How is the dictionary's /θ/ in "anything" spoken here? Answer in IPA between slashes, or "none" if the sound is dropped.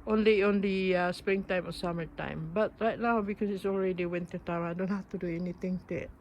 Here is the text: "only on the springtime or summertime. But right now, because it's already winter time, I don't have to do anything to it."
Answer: /t/